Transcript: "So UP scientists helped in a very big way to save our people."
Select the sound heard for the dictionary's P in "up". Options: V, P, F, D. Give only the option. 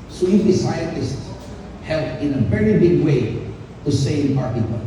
F